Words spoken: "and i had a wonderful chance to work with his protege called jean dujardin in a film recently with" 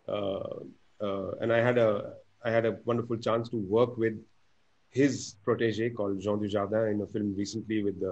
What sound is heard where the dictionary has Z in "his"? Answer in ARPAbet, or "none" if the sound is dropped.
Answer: Z